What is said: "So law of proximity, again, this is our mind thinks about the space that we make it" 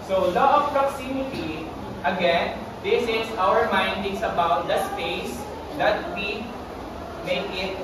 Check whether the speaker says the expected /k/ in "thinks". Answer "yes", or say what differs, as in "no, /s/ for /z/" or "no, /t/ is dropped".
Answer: no, /k/ is dropped